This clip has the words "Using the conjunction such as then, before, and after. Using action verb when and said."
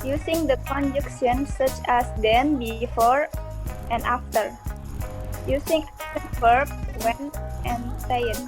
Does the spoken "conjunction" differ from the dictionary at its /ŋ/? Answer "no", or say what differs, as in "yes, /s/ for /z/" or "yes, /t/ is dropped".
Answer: yes, /ŋ/ is dropped